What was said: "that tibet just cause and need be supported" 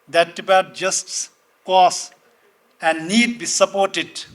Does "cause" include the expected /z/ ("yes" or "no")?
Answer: no